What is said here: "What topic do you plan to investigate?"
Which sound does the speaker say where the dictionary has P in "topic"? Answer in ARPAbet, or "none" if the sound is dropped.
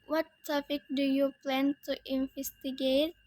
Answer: F